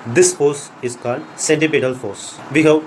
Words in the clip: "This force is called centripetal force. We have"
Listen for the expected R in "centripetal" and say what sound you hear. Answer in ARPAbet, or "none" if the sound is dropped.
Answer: none